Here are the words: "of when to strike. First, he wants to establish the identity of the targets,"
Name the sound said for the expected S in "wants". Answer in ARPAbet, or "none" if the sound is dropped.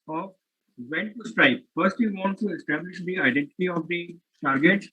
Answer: none